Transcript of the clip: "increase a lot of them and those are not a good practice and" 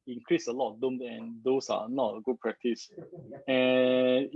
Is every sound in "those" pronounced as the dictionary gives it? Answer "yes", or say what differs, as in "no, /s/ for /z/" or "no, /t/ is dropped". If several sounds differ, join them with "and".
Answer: no, /s/ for /z/